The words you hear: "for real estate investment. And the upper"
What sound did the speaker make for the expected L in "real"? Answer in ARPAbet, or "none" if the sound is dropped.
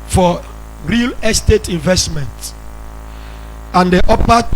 L